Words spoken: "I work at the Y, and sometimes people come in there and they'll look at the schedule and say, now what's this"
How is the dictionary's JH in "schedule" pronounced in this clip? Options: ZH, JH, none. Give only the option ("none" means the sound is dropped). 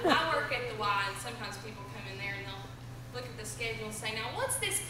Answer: none